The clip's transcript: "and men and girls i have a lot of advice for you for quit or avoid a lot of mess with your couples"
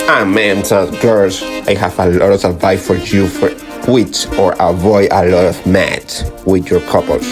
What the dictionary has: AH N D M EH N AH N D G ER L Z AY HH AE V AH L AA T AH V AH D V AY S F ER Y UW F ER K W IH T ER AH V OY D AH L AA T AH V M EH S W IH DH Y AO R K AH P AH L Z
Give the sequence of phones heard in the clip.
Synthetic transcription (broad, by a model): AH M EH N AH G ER L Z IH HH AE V AH L AA T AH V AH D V AY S F ER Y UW F ER K W IH T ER AH V OY D AH L AA T AH V M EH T W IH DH Y AO R K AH P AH L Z